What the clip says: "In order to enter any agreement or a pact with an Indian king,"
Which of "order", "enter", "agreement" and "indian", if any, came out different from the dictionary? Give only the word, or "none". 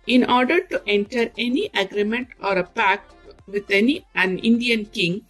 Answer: none